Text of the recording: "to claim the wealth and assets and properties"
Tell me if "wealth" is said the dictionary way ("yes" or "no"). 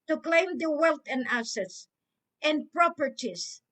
no